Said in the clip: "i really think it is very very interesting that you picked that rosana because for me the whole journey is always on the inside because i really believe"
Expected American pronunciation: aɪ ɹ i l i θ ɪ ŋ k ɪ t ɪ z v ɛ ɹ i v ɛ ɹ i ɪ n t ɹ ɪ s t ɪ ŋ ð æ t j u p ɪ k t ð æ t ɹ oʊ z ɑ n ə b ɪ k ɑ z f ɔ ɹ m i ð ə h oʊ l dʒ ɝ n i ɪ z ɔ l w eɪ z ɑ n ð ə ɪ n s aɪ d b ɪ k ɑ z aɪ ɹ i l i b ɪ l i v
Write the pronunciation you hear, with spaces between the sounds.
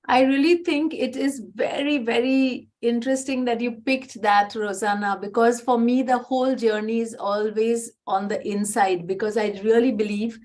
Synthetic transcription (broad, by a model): aɪ ɹ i l i t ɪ ŋ k ɪ t ɪ z v ɛ ɹ i v ɛ ɹ i ɪ n t ɹ ɪ s t ɪ ŋ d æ t j u p ɪ k t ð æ t ɹ oʊ z ɑ n ə b ɪ k ɑ z f ɔ ɹ m i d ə h oʊ l dʒ ɝ n i ɪ z ɔ l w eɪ z ɑ n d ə ɪ n s aɪ d b ɪ k ɑ z aɪ ɹ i l i b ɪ l i v